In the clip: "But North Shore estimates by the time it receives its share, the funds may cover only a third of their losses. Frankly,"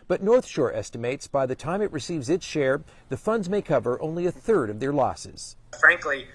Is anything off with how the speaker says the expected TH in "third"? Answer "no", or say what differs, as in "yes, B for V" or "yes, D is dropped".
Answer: no